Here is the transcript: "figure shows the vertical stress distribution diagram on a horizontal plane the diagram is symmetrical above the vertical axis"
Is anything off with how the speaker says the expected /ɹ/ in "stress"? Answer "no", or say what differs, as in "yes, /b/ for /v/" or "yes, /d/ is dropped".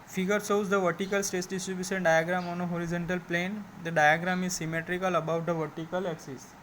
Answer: yes, /ɹ/ is dropped